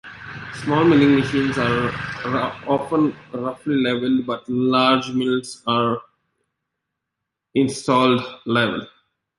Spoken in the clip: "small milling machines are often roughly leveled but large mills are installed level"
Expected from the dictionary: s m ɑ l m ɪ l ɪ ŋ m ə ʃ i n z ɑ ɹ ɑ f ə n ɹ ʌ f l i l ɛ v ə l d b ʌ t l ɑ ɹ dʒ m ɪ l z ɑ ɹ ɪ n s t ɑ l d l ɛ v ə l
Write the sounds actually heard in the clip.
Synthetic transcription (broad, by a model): s m ɑ l m ɪ l ɪ ŋ m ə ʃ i n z ɑ ɹ ɑ f ə n ɹ ʌ f l i l ɛ v ə l d b ʌ t l ɑ ɹ dʒ m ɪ l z ɑ ɹ ɪ n s t ɑ l d l ɛ v ə l